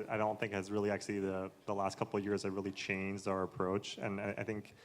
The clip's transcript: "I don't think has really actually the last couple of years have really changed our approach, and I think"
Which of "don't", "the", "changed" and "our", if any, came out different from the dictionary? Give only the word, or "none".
none